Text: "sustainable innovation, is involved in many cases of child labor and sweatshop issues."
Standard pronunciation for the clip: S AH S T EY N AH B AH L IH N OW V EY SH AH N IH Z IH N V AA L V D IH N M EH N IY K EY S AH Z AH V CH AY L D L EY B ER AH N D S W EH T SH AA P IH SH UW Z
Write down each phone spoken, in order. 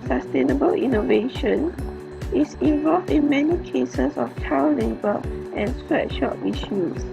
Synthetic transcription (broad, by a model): S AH S T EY N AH B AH L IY N OW V EY SH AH N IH S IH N V AA L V D IH N M EH N IY K EY S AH S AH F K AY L L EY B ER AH N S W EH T SH AA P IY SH UW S